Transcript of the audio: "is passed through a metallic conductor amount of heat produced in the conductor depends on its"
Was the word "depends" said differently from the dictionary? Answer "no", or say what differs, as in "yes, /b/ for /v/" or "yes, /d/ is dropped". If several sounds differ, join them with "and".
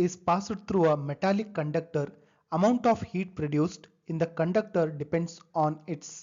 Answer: yes, /s/ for /z/